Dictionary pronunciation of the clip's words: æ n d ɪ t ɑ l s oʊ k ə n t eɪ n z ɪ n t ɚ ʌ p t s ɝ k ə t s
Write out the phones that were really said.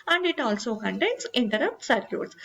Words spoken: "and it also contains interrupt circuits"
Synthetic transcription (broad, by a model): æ n d ɪ t ɑ l s oʊ k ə n t eɪ n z ɪ n t ɚ ʌ p t s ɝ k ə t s